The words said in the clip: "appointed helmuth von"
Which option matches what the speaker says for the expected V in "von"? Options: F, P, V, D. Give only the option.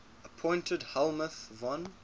V